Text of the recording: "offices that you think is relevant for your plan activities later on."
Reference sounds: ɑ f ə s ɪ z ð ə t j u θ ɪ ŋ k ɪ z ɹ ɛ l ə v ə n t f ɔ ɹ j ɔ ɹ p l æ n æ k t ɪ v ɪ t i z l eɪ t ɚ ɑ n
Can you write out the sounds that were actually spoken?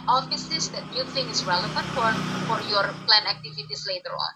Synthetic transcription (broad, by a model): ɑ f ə s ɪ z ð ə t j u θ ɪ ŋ ɪ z ɹ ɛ l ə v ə n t f ɔ ɹ j ɔ ɹ p l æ n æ k t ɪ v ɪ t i s l eɪ t ɚ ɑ n